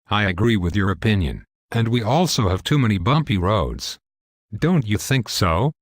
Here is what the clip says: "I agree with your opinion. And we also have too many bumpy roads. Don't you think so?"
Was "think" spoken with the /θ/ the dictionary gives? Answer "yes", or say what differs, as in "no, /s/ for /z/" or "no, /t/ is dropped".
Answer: yes